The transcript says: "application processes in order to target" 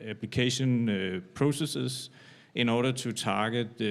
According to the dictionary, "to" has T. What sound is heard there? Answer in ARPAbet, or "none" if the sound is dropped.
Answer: S